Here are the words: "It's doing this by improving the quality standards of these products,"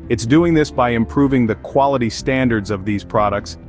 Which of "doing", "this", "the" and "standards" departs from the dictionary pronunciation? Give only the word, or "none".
none